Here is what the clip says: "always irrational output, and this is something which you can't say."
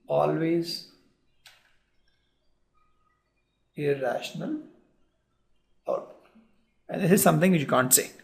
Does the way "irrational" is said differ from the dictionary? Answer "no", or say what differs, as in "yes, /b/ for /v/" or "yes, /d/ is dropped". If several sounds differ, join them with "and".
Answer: no